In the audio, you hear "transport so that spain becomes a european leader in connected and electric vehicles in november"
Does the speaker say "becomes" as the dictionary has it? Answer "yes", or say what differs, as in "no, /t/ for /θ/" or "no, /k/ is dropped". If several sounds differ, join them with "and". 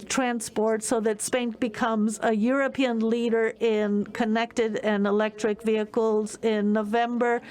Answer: yes